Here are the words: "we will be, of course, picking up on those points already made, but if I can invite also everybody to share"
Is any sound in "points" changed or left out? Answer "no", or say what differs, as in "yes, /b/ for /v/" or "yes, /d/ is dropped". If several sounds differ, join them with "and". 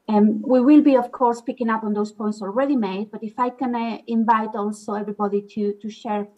no